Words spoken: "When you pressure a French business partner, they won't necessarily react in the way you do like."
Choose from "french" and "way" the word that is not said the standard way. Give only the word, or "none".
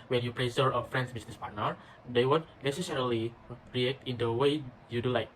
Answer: french